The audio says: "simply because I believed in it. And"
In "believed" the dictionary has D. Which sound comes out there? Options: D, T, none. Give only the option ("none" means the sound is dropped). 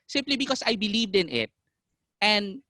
D